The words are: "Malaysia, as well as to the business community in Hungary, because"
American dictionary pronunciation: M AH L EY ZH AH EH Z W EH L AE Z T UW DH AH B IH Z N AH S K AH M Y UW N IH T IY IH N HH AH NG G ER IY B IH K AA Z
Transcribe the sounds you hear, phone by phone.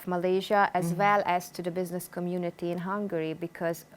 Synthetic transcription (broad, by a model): M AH L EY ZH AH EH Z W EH L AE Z T UW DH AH B IH Z N AH S K AH M Y UW N IH T IY IH N HH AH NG G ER IY B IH K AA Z